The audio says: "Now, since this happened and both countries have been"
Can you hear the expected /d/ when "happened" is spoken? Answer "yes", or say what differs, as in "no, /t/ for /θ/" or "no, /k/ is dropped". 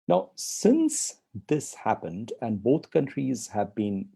yes